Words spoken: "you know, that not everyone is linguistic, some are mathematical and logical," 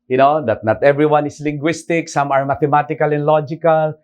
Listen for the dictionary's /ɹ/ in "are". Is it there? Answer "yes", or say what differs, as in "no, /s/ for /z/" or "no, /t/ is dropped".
yes